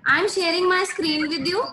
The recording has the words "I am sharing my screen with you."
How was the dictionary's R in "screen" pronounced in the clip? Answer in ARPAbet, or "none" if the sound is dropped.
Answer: R